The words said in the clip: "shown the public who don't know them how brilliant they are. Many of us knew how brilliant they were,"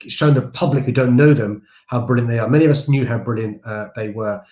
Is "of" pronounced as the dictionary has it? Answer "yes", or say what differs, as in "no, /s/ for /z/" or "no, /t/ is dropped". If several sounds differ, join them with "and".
yes